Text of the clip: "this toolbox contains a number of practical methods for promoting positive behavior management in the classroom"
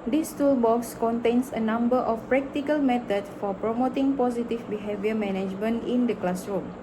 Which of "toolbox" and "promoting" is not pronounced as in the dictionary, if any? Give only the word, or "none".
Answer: none